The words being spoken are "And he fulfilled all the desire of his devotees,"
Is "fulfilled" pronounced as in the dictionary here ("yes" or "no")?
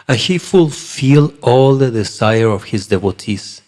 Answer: no